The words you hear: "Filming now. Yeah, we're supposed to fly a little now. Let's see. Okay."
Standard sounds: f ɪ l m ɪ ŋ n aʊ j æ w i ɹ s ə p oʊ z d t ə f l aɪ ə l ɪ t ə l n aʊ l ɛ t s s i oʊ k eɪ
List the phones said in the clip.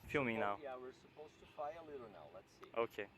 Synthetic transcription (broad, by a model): f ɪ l m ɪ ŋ n aʊ j æ w i ɹ s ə p oʊ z t ə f aɪ ə l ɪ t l n aʊ l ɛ t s s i oʊ k eɪ